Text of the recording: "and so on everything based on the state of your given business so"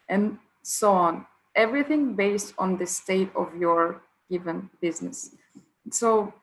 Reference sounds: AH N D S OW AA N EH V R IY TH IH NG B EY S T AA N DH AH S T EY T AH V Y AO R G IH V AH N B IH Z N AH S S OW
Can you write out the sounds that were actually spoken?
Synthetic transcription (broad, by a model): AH N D S OW AA N EH V R IY TH IH NG B EY S T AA N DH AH S T EY T AH V Y AO R G IH V AH N B IH Z N AH S S OW